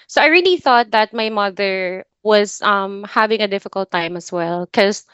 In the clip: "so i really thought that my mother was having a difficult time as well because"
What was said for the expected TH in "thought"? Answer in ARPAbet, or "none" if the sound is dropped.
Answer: TH